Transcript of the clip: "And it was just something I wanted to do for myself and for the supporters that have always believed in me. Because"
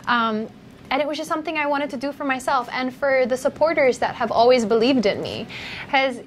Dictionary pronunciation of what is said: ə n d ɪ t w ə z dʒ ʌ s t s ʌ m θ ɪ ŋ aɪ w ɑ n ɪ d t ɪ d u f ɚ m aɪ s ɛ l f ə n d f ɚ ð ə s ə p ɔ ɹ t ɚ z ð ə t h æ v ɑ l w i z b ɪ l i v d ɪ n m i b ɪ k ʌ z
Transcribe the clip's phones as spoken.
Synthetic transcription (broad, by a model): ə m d ɪ t w ə z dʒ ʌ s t s ʌ m θ ɪ ŋ aɪ w ɑ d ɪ d t ɪ d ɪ f ɚ m aɪ s ɛ l f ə n f ɚ ð ə s ə p ɔ ɹ t ɚ z ð ə t h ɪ v ɑ l w i z b ɪ l i v d ɪ n m i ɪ z